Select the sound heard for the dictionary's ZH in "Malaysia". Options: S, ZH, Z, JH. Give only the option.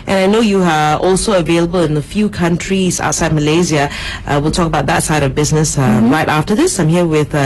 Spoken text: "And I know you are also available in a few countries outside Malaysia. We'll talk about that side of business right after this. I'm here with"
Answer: Z